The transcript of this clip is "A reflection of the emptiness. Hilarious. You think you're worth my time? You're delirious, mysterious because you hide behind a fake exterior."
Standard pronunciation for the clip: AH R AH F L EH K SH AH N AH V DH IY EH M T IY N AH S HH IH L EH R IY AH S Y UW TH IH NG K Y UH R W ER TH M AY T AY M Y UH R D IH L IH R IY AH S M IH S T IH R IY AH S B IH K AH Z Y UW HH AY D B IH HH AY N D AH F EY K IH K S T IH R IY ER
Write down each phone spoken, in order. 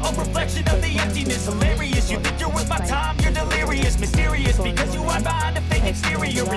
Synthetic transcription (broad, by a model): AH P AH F L EH K SH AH N AH V DH IY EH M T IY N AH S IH L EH R IY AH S Y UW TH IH K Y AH R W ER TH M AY T AY M Y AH R D IH L IH R IY AH S M IH S T IH R IY AH S B IH K AH Z Y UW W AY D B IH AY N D AH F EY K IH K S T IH R IY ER